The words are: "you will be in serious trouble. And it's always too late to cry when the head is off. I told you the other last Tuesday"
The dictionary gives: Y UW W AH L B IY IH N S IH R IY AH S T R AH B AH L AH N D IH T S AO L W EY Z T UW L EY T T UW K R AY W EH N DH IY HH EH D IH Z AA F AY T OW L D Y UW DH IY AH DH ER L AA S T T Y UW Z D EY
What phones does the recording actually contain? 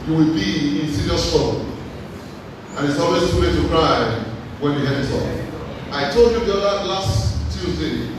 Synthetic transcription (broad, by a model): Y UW W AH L B IY IH N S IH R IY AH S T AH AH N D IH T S AO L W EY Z T UW W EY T T UW K R AY W EH N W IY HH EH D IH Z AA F AY T OW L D Y UW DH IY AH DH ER L AA S T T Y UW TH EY